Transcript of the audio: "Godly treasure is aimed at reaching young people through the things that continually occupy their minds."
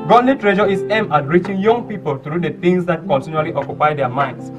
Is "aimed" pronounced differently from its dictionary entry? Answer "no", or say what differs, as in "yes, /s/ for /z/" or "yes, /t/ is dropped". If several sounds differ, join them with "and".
yes, /d/ is dropped